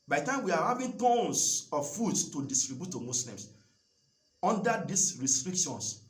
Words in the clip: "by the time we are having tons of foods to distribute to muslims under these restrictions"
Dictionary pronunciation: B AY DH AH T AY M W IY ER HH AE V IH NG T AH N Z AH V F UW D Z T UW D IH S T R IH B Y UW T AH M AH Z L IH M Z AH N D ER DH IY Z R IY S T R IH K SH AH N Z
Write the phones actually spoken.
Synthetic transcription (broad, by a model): B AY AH T AY M W IY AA HH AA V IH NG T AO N S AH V F UW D S T UW D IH S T R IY B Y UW T AH M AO S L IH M S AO N D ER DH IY S R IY S T R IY K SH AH N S